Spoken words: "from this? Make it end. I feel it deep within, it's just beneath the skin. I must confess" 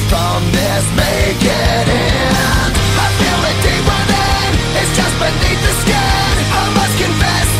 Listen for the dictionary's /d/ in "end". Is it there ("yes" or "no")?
no